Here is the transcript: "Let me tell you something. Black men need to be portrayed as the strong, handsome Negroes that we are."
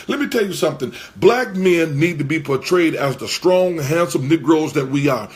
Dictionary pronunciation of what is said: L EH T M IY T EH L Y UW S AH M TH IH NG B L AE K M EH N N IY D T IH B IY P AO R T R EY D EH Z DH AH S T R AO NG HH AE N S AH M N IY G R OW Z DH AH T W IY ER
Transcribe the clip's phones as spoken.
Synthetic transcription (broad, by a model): L EH T M IY T EH L Y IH S AH M TH IH NG B L AE K M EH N N IY D T IH B IY P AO R T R EY D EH Z DH AH S T R AO NG HH AE N S AH M N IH G R OW Z DH AH T W IY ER